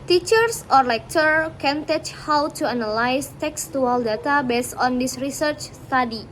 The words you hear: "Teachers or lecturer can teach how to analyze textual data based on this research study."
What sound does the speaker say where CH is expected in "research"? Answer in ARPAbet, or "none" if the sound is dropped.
CH